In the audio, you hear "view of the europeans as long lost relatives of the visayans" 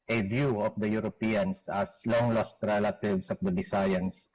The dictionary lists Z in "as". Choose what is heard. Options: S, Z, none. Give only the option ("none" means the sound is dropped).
S